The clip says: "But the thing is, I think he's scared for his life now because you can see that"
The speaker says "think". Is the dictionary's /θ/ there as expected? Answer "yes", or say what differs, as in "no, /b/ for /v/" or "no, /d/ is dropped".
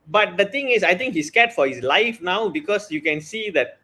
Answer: no, /t/ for /θ/